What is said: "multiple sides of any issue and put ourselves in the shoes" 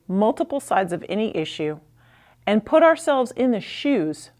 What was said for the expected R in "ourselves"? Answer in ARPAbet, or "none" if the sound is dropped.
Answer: R